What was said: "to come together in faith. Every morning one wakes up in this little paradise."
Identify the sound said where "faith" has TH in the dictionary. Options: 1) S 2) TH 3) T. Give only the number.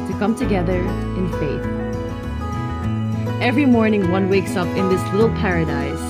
2